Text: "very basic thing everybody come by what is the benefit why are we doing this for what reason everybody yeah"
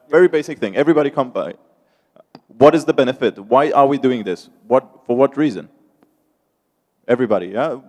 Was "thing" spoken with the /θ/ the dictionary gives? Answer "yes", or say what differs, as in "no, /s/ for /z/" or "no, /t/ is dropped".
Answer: yes